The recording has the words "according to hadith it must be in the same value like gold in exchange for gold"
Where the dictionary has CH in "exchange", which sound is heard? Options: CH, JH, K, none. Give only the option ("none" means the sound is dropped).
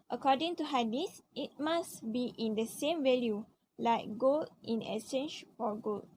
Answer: none